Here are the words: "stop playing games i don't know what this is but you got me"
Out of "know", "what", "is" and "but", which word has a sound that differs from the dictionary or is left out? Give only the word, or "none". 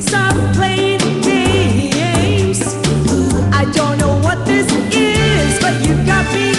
none